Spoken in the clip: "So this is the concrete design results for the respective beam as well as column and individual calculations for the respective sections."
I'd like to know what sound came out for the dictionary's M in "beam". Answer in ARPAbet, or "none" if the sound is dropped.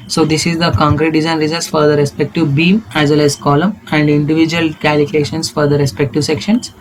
M